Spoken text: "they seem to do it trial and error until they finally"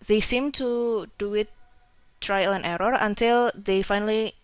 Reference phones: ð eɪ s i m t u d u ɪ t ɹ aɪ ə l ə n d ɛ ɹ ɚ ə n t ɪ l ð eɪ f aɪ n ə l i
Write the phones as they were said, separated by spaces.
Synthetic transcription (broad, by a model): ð eɪ s i m t u d u ɪ t ɹ aɪ ə l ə n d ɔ ɹ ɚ ə n t ɪ l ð eɪ f aɪ n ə l i